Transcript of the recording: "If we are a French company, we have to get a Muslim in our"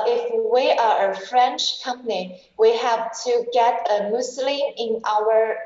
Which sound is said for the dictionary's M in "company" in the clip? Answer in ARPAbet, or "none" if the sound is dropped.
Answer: M